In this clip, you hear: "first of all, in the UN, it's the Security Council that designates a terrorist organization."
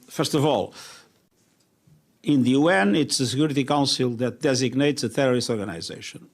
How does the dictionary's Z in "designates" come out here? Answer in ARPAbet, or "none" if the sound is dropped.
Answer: Z